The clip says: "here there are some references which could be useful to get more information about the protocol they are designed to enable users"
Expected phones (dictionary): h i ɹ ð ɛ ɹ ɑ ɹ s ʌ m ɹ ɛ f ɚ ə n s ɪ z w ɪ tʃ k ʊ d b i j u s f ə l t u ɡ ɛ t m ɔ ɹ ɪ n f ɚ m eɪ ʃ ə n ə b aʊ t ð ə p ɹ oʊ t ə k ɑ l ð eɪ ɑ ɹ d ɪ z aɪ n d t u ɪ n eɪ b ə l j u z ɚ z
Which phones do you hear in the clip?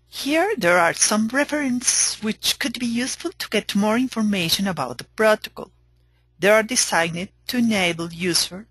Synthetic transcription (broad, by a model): h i ɹ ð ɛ ɹ ɑ ɹ s ʌ m ɹ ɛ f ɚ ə n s w ɪ tʃ k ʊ d b i j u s f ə l t u ɡ ɛ t m ɔ ɹ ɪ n f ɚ m eɪ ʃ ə n ə b aʊ t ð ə p ɹ oʊ t ə k ɑ l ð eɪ ɑ ɹ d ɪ s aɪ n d t u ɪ n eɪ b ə l j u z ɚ